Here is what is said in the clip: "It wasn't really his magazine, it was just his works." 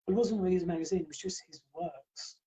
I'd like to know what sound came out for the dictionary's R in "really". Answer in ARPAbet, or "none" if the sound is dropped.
W